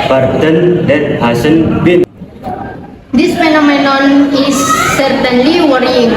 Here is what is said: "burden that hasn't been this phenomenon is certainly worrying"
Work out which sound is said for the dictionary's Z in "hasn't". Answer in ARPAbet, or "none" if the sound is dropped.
S